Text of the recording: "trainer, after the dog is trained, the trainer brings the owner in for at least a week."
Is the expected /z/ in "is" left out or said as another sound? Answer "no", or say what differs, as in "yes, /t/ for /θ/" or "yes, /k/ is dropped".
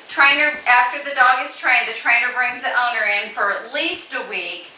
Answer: yes, /s/ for /z/